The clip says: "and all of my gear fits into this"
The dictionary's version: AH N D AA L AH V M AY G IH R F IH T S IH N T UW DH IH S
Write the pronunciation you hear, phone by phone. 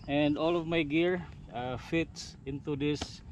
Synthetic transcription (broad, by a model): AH N D AA L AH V M AY G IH R F IH T S IH N T UW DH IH S